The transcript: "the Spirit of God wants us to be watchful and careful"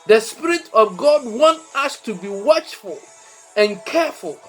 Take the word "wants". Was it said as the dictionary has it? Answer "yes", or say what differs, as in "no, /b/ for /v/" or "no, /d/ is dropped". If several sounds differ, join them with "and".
no, /s/ is dropped